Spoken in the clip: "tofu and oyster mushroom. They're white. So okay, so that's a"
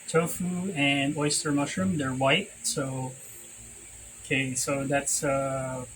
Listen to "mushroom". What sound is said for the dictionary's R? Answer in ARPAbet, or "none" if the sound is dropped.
R